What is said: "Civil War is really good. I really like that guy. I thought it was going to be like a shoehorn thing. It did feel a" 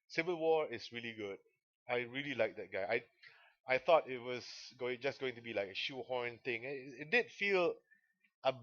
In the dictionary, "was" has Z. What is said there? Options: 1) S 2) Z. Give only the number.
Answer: 1